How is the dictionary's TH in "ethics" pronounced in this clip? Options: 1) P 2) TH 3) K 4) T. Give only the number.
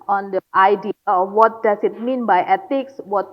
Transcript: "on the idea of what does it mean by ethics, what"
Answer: 4